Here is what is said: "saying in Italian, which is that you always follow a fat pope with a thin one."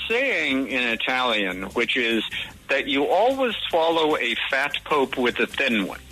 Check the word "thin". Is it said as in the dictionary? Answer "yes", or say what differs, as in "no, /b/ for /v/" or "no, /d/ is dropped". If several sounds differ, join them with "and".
yes